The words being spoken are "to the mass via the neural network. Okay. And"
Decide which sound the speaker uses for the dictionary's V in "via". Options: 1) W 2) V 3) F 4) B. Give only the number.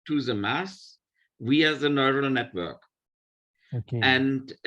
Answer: 1